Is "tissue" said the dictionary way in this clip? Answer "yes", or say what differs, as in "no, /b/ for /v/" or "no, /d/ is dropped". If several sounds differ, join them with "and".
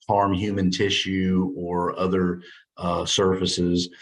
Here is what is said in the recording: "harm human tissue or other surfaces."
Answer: yes